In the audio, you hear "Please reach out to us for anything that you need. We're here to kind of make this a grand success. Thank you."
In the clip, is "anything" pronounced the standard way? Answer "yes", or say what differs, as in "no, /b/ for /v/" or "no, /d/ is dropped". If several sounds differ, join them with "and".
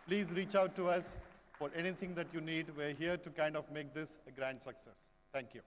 no, /t/ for /θ/